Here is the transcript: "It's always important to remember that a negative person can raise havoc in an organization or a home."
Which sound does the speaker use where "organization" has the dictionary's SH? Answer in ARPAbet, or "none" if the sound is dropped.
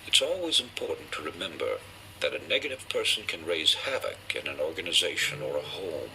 SH